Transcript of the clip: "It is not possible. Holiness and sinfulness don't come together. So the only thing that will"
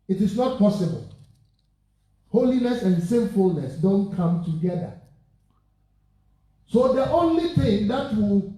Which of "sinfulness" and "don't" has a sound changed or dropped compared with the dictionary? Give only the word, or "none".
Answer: none